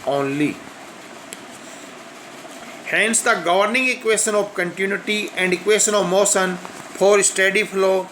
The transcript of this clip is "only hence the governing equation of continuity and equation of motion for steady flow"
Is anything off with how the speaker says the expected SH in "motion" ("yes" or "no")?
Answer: yes